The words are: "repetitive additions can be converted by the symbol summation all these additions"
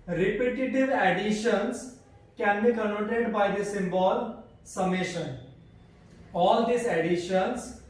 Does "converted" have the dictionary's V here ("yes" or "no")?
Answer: no